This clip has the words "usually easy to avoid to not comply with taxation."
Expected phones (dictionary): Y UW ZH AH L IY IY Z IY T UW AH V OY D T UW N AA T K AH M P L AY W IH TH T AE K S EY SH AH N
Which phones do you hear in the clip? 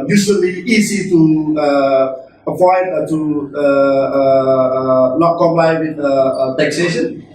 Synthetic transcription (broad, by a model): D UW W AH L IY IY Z IY T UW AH P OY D T UW N AA T K AH M P L AY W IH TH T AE K S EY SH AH N